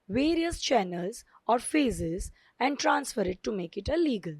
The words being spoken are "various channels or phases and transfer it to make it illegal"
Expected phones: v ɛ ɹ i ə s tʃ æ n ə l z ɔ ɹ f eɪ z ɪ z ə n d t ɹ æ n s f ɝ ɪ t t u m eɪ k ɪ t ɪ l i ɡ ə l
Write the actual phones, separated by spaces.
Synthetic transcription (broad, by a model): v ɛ ɹ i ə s tʃ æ n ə l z ɔ ɹ f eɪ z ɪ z ə n d t ɹ æ n s f ɝ ɪ t t u m eɪ k ɪ t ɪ l i ɡ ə l